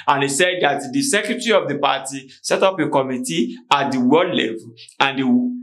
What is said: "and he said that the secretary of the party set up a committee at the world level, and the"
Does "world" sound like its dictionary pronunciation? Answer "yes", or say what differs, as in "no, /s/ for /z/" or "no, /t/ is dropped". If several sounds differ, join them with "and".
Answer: no, /l/ is dropped